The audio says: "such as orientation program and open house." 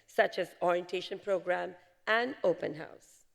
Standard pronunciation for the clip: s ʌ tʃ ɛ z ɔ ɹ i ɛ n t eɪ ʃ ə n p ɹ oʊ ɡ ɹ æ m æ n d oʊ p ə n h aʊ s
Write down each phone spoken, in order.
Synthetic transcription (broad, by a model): s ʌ tʃ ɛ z ɔ ɹ i ɛ n t eɪ ʃ ə n p ɹ oʊ ɡ ɹ æ m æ n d oʊ p ə n h aʊ s